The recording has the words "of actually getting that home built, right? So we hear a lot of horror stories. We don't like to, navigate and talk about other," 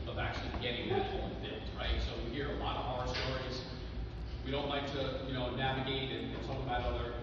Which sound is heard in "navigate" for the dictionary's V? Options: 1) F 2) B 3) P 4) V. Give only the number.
4